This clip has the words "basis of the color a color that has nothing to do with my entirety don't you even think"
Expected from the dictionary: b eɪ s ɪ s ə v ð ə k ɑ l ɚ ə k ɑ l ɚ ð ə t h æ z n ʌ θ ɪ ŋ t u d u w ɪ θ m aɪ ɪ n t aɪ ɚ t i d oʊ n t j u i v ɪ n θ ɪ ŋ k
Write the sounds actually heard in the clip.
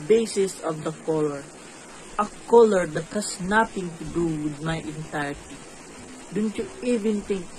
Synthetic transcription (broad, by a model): b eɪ s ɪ s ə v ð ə k ɑ l ɚ ə k ɑ l ɚ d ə t h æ s n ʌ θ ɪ ŋ t u d u w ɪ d m aɪ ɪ n t aɪ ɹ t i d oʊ n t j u i v ɪ n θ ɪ ŋ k